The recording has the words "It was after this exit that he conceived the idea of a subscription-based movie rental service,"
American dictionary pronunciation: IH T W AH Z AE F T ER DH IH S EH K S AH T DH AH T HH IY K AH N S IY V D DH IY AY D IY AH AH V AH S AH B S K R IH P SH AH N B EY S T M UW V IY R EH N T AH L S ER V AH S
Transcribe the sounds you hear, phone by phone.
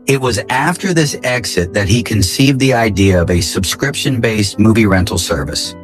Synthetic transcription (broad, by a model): IH T W AH Z AE F T ER DH IH S EH K S AH T DH AH T HH IY K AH N S IY V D DH IY AY D IY AH AH V AH S AH B S K R IH P SH AH N B EY S T M UW V IY R EH N T L S ER V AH S